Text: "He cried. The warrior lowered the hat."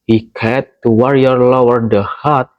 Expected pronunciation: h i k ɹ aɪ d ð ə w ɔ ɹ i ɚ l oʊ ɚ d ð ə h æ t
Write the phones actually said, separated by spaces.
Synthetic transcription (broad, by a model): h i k aɪ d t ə w ɔ ɹ i ɚ l oʊ ɚ d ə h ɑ t